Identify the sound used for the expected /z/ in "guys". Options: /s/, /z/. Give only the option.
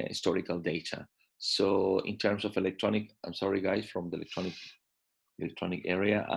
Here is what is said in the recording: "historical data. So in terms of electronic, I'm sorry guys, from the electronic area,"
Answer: /s/